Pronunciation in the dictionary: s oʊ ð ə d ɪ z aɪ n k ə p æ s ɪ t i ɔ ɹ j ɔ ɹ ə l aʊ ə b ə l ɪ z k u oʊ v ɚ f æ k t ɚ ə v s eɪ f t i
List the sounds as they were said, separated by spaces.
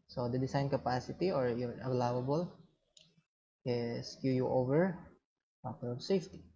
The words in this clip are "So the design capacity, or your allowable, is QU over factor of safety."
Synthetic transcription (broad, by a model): s oʊ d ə d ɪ s aɪ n k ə p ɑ s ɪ t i ɔ ɹ j ɔ ɹ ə l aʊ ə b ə l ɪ s k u oʊ v ɚ p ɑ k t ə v s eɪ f t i